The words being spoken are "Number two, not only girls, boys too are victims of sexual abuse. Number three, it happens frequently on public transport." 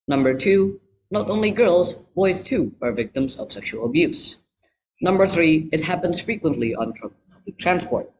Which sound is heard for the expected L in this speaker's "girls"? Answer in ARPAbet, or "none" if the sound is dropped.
L